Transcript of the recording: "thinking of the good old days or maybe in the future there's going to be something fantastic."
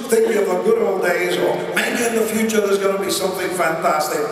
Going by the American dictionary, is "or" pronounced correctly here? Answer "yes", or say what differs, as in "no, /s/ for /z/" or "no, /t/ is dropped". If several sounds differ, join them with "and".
no, /l/ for /ɹ/